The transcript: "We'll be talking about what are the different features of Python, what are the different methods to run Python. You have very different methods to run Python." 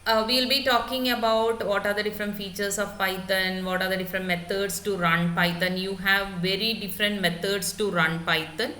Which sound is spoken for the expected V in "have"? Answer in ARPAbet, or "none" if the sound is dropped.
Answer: V